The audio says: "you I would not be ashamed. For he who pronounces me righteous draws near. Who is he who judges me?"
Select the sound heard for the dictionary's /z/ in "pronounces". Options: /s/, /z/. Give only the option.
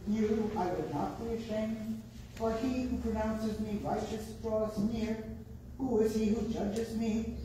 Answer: /z/